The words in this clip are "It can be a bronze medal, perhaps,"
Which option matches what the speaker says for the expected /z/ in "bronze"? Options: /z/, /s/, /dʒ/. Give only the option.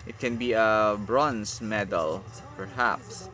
/s/